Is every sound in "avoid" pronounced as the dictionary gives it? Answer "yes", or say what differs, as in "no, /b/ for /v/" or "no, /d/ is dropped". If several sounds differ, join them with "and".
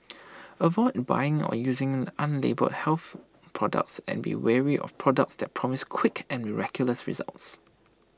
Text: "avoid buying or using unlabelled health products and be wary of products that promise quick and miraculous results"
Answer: yes